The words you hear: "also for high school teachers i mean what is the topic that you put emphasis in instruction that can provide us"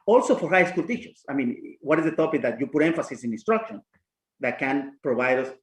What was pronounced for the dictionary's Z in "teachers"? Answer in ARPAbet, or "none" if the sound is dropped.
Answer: S